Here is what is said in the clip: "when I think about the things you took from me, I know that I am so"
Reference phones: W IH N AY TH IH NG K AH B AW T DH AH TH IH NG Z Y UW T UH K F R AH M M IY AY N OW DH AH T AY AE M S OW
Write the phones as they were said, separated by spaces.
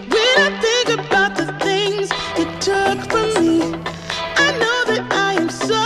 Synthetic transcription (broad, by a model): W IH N AY TH IH NG K AH B AW T DH AH TH IH NG Z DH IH T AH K F R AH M M IY AY N OW DH AH T AY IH M S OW